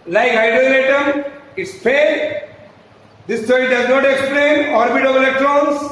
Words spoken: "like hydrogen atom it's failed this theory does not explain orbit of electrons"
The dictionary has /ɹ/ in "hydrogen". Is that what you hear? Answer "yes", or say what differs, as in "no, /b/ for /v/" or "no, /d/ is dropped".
no, /ɹ/ is dropped